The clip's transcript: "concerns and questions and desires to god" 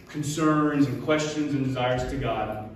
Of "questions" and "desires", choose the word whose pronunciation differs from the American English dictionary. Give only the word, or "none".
none